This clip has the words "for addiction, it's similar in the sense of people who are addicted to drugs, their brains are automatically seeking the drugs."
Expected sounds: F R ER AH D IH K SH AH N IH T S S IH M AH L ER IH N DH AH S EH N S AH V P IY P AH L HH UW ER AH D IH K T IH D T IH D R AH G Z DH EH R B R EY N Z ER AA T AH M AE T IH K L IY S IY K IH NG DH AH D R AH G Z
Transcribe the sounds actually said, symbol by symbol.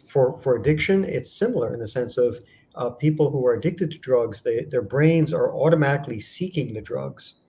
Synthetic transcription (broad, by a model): F R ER AH D IH K SH AH N IH T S S IH M L ER IH N DH AH S EH N S AH V P IY P L HH UW ER AH D IH K T IH D T IH D R AH G Z DH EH R B R EY N Z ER AA T AH M AE T IH K L IY S IY K IH NG DH AH D R AH G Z